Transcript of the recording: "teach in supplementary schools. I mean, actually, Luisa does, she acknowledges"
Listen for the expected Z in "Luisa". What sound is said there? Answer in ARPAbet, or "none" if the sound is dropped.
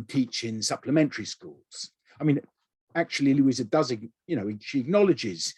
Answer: Z